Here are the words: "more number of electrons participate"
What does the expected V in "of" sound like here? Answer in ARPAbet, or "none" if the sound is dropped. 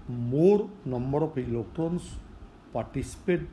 P